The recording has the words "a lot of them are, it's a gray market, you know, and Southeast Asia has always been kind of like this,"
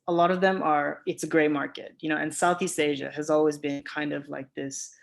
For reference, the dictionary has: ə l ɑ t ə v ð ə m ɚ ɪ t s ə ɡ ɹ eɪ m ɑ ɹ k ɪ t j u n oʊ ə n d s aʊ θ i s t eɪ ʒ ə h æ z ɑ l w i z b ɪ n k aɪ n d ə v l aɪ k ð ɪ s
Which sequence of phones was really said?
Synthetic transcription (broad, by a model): ə l ɑ t ə v ð ə m ɚ ɪ t s ə ɡ ɹ eɪ m ɑ ɹ k ɪ t j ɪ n oʊ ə n s aʊ θ i s t eɪ ʒ ə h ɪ z ɑ l w i z b ɪ n k aɪ n d ə v l aɪ k ð ɪ s